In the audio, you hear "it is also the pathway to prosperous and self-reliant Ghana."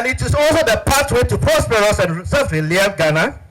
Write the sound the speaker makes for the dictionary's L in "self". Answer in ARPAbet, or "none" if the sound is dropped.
none